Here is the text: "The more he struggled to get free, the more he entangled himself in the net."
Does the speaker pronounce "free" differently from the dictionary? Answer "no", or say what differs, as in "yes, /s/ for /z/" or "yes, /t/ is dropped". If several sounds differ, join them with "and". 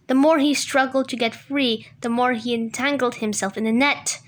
no